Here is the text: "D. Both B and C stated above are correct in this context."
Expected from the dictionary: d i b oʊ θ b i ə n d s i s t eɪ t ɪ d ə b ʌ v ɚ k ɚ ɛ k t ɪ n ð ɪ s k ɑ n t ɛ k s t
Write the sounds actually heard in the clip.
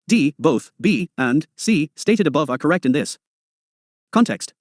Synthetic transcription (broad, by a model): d i b oʊ θ b i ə n s i s t eɪ t ɪ d ə b ʌ v ɚ k ɚ ɛ k t ɪ n ð ɪ s k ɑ n t ɛ k s t